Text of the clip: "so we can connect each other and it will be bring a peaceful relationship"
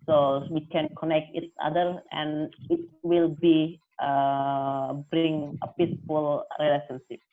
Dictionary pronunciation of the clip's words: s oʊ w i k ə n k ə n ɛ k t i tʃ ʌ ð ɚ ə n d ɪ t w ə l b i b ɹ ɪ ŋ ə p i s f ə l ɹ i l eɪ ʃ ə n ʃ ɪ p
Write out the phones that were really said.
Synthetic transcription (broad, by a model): s oʊ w i k ə n k ə n ɛ k t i s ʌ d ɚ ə n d ɪ t w ə l b i b ɹ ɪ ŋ ə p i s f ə l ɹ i l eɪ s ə n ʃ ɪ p